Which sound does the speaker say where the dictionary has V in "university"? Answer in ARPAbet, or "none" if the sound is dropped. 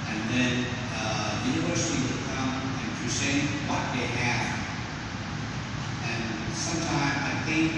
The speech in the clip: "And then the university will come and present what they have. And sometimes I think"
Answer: V